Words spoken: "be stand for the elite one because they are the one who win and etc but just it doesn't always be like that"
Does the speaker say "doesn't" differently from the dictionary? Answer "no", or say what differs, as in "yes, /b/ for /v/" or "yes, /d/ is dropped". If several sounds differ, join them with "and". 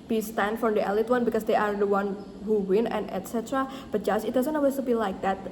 yes, /s/ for /z/